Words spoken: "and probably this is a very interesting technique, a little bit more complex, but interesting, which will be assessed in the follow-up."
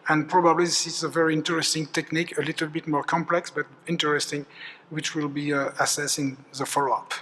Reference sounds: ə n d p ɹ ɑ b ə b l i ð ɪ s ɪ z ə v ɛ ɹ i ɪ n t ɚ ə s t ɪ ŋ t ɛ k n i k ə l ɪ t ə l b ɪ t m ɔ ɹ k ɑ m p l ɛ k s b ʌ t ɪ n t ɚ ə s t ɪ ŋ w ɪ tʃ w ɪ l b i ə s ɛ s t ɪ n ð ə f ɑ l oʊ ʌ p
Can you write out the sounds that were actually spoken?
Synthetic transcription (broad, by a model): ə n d p ɹ ɑ b ə b l i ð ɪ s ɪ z ə v ɛ ɹ i ɪ n t ɚ ə s t ɪ ŋ t ɛ k n i k ə l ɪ t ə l b ɪ t m ɔ ɹ k ɑ m p l ɛ k s b ʌ t ɪ n t ɚ ə s t ɪ ŋ w ɪ tʃ w ɪ l b i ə s ɛ s ɪ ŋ ð ə f ɑ l oʊ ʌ p